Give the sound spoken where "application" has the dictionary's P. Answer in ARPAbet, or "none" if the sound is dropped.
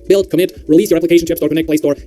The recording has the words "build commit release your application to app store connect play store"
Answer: P